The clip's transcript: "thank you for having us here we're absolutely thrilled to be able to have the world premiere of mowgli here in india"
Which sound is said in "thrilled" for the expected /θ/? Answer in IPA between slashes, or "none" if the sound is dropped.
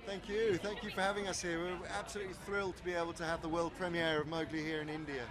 /θ/